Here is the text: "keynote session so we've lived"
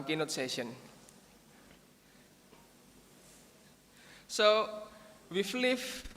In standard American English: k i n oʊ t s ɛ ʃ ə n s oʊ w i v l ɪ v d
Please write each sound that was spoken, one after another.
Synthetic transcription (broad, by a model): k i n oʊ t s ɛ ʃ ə n s oʊ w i f l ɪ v